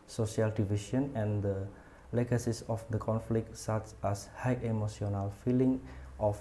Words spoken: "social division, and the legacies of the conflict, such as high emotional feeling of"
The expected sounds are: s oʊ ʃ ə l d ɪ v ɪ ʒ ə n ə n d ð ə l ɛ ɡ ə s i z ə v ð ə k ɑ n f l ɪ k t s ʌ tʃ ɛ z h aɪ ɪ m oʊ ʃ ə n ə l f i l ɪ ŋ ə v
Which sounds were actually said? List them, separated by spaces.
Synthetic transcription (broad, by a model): s oʊ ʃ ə l d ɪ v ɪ ʃ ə n ə n d ə l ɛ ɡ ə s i s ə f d ə k ɑ n f l ɪ k t s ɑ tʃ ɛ s h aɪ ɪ m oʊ s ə n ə l f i l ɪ ŋ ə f